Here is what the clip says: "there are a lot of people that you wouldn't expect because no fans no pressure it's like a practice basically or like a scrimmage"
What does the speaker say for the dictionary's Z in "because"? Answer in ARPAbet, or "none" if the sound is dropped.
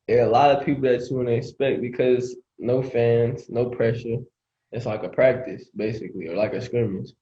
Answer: Z